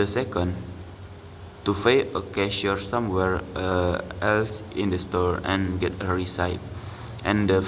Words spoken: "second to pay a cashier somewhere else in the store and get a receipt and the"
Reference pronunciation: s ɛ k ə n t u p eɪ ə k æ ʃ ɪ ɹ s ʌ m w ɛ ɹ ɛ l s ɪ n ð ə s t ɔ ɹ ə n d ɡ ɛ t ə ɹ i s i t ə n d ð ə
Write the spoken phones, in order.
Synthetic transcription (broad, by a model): s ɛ k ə n t u f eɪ ə k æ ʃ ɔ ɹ s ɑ m w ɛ ɹ ɛ l s ɪ n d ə s t ɔ ɹ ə n ɡ ɛ t ə ɹ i s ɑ t ə n d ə